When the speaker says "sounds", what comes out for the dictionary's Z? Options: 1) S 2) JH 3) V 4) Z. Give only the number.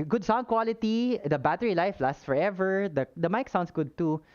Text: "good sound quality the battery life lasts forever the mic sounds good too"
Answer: 1